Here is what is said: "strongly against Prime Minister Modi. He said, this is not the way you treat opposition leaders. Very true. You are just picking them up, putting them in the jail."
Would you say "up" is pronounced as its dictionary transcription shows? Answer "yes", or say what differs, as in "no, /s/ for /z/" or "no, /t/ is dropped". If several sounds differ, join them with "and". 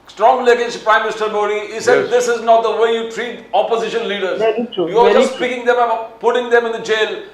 no, /b/ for /p/